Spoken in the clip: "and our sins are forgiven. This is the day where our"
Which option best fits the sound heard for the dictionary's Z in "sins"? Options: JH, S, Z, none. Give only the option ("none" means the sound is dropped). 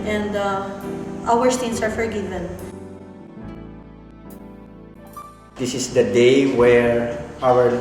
S